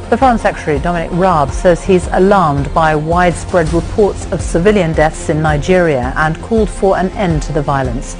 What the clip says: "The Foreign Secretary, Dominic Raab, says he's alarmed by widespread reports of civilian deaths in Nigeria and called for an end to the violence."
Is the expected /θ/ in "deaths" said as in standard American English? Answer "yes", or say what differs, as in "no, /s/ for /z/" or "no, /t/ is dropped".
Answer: yes